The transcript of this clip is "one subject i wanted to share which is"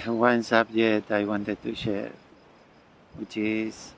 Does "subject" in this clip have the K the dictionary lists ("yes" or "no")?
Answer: no